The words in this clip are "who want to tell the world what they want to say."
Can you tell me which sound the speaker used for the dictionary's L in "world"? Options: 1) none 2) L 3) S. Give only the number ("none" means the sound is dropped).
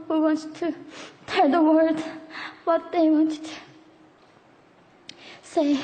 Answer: 1